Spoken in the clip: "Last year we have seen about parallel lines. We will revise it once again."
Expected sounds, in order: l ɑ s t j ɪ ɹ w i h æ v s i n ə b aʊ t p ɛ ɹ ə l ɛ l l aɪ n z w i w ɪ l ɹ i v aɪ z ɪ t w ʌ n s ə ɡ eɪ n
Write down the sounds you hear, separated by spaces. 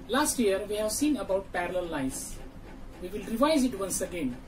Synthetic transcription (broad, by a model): l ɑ s t j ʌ ɹ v i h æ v s i n ə b aʊ t p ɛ ɹ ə l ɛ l l aɪ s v i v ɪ l ɹ i v aɪ z ɪ t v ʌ n s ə ɡ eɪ n